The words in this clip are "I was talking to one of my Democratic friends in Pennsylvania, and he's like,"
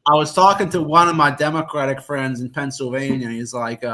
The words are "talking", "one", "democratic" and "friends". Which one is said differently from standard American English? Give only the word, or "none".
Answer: none